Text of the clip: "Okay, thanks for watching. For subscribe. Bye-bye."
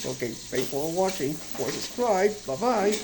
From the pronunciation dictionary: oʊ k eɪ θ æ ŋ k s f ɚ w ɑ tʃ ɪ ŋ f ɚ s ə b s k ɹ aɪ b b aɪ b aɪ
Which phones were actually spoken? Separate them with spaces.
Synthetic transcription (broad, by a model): oʊ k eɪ f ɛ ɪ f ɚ w ɑ tʃ ɪ ŋ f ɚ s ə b s k ɹ aɪ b b aɪ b aɪ